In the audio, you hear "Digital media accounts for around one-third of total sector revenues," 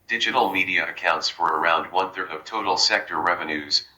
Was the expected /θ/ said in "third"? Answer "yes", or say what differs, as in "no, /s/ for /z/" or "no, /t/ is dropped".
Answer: yes